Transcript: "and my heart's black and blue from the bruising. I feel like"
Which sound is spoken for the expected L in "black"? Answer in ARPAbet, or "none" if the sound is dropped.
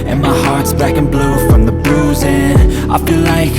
none